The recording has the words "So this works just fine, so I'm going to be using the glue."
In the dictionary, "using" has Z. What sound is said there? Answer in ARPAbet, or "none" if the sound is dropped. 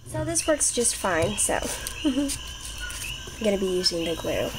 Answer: Z